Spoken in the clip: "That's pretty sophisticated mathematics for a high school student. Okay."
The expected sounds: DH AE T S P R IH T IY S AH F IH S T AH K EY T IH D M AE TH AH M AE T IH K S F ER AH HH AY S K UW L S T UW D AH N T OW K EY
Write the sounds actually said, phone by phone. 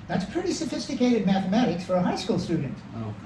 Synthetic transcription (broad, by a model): DH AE T S P R IH T IY S AH F IH S T AH K EY T IH D M AE TH AH M AE T IH K S F ER AH HH AY S K UW L S T UW D N T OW